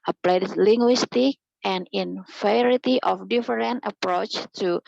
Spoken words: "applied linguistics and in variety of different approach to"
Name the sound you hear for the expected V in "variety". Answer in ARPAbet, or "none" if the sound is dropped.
F